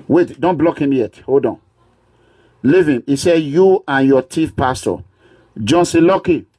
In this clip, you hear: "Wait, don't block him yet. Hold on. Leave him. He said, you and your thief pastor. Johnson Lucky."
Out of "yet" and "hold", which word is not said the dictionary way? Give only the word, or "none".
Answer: none